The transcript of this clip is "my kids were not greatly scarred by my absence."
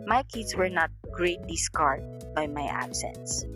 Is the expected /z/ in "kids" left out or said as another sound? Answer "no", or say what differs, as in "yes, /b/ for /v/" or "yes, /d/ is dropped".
yes, /s/ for /z/